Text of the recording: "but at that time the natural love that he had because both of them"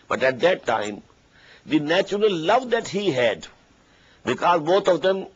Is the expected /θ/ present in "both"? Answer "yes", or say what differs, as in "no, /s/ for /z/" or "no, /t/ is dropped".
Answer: no, /t/ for /θ/